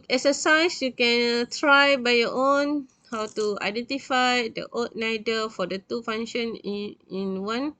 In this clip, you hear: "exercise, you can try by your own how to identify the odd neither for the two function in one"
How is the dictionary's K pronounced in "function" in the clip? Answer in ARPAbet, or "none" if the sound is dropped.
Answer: none